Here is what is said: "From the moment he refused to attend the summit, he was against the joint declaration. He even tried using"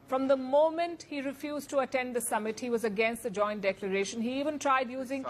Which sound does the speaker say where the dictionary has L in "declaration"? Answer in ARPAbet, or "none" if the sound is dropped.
L